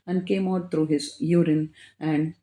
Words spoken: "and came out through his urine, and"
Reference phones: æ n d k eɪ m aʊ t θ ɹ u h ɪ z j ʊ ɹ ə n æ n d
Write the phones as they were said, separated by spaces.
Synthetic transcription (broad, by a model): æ n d k eɪ m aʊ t t ɹ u h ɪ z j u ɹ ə n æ n d